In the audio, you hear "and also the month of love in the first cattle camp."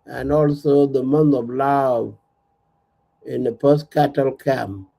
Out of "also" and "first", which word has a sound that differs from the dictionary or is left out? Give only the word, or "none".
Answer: first